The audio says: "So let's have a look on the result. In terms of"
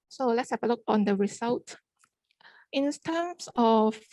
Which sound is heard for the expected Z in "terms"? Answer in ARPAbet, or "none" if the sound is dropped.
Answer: S